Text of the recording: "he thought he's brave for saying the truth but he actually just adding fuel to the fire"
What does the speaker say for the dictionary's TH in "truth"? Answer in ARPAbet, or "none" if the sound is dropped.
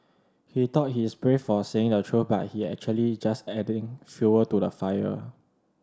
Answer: F